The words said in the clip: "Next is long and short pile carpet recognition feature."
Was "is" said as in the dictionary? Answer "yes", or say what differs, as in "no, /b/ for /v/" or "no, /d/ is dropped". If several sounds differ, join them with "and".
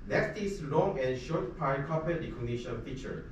no, /s/ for /z/